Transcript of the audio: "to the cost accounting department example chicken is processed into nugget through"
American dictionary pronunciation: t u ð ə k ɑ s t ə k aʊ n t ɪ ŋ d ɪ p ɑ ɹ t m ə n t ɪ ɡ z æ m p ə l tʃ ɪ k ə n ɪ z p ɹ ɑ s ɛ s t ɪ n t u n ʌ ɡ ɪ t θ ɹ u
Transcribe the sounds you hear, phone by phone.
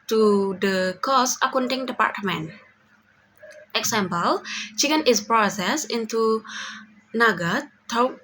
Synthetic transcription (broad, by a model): t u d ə k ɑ s ə k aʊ n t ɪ ŋ d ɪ p ɑ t m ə n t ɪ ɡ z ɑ m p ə l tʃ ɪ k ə n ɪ s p ɹ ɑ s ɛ s ɪ n t u n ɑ ɡ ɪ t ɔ